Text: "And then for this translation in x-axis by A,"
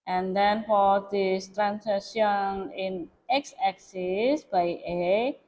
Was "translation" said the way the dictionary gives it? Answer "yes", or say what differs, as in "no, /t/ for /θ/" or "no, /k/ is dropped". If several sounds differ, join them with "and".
no, /l/ is dropped